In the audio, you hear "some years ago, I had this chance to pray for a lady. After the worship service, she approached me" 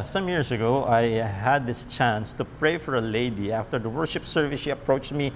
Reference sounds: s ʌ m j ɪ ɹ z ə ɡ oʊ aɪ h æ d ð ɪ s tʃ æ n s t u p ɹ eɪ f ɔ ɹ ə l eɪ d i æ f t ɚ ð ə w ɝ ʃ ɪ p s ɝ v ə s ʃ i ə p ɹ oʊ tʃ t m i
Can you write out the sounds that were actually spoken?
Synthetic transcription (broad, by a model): s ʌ m j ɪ ɹ s ə ɡ oʊ aɪ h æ d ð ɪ s tʃ æ n s t u p ɹ eɪ f ɔ ɹ ə l eɪ d i æ f t ɚ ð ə w ɝ ʃ ɪ p s ɝ v ə s ʃ i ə p ɹ oʊ tʃ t m i